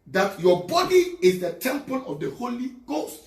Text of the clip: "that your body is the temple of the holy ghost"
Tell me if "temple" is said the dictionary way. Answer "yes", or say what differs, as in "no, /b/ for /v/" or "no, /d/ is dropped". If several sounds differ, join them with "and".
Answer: no, /n/ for /l/